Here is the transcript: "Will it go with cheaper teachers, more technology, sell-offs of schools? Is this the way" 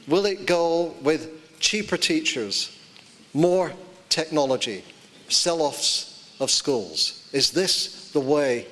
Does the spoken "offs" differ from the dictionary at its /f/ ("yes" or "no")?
no